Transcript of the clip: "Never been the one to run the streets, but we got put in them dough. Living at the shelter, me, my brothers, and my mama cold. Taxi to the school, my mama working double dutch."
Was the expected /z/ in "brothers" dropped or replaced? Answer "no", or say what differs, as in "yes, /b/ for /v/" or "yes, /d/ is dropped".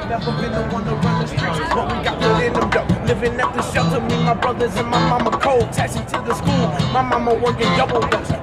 no